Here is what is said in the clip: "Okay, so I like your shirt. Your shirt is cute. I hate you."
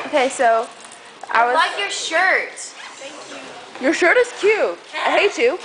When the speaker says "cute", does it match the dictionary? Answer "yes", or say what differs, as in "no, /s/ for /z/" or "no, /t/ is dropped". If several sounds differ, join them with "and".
no, /t/ is dropped